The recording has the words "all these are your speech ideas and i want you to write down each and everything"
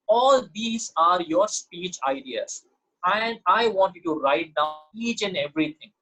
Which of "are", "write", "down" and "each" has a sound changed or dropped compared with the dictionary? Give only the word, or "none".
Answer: down